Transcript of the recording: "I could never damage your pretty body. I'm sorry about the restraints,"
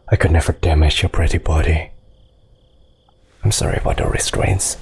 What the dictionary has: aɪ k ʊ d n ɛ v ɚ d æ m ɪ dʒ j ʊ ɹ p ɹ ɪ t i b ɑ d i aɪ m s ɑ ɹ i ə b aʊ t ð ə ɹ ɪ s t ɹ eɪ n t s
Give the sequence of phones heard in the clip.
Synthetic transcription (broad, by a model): aɪ k ʊ d n ɛ v ɚ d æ m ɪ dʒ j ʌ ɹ p ɹ ɪ t i b ɑ d i aɪ m s ɑ ɹ i ə b aʊ t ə ɹ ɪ s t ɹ eɪ n t s